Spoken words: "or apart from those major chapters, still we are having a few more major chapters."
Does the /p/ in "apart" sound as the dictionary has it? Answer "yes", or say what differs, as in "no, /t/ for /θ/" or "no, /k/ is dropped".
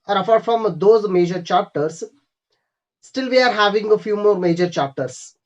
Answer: no, /f/ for /p/